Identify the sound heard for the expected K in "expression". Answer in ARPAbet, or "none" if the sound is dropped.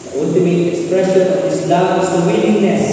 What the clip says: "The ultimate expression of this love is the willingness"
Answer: none